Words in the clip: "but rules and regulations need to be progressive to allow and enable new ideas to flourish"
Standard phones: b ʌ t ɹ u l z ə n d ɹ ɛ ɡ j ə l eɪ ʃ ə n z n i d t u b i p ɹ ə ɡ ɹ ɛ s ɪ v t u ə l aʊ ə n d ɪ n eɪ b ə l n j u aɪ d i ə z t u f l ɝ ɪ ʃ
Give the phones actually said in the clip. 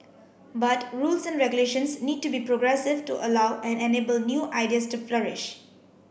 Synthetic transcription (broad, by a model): b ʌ t ɹ u l s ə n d ɹ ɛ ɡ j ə l eɪ ʃ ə n s n i d t u b i p ɹ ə ɡ ɹ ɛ s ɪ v t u ə l aʊ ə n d ɪ n eɪ b ə l n j u aɪ d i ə s t u f l ɝ ɪ ʃ